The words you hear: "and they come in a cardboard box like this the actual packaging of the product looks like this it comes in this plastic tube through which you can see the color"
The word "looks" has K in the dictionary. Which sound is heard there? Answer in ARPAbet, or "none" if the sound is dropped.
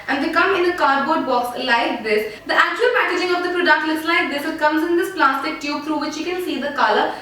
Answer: none